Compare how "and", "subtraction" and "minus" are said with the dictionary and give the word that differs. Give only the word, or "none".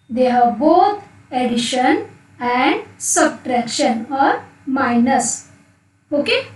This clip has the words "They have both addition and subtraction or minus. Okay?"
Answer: none